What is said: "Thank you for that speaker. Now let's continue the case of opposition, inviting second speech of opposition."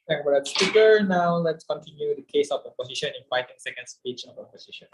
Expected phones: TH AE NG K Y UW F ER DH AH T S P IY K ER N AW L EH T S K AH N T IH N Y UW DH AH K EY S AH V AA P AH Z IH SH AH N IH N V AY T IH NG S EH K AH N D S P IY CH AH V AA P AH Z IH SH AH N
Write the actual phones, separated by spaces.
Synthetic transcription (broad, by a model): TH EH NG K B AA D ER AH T S P IY K ER N AW L EH T S K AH N T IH N Y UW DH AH K EY S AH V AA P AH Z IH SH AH N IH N F AY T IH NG S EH K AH N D S P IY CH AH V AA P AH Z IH SH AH N